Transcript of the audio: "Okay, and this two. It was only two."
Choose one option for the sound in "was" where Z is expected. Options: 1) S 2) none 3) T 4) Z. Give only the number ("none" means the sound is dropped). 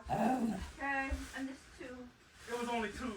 4